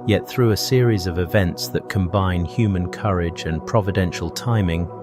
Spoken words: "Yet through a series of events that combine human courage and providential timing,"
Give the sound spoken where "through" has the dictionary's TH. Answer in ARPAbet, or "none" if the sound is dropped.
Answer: TH